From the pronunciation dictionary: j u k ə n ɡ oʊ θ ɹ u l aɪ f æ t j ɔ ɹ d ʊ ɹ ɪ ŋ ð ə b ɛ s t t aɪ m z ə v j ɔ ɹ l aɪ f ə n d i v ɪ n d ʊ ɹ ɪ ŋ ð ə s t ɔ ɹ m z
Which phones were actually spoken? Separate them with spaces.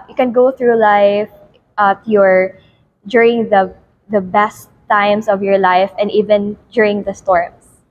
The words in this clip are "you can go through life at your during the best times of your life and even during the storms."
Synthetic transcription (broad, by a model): j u k ə n ɡ oʊ θ ɹ u l aɪ f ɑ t j ɔ ɹ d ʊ ɹ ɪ ŋ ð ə b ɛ s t t aɪ m s ə v j ɔ ɹ l aɪ f ə n d i v ɪ n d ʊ ɹ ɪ ŋ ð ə s t ɔ ɹ m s